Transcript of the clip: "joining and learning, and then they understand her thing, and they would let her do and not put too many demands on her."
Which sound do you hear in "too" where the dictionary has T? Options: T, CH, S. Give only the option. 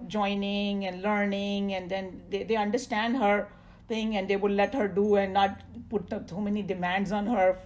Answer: S